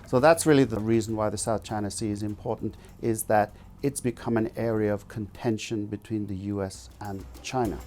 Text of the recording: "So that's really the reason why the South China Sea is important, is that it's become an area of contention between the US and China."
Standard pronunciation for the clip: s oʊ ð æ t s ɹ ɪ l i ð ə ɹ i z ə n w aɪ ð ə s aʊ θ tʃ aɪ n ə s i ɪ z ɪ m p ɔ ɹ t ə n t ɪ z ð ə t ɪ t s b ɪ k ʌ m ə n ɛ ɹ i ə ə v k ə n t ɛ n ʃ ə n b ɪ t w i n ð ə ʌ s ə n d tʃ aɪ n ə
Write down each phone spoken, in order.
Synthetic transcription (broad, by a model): s oʊ ð æ t s ɹ ɪ l i ð ə ɹ i z n w aɪ ð ə s aʊ θ tʃ aɪ n ə s i ɪ z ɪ m p ɔ ɹ t n t ɪ z ð ə t ɪ t s b ɪ k ʌ m ə n ɛ ɹ i ə ə v k ə n t ɛ n ʃ ə n b ɪ t w i n ð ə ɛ s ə n tʃ aɪ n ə